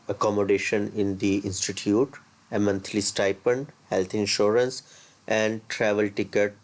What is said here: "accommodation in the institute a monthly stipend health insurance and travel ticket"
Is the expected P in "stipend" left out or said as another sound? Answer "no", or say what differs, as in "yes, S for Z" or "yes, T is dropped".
no